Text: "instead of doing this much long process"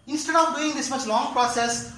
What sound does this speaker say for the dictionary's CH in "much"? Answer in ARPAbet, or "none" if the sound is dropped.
S